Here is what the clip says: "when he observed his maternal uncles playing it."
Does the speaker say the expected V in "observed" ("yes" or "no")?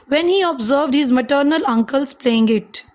yes